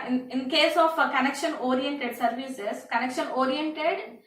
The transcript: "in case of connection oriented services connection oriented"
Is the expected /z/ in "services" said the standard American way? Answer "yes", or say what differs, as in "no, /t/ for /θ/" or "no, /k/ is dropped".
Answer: no, /s/ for /z/